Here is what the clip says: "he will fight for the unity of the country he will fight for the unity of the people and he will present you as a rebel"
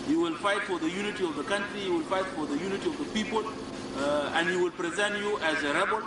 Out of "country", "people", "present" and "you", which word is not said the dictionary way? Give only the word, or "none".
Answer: none